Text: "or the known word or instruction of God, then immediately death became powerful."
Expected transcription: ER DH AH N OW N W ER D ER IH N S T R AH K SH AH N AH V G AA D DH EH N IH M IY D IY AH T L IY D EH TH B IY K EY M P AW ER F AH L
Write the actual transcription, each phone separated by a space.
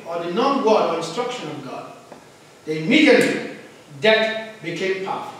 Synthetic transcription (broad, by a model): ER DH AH N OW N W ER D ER IH N S T R AH K SH AH N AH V G AA D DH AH IH M IY D IY AH T L IY D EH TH B IY K EY M P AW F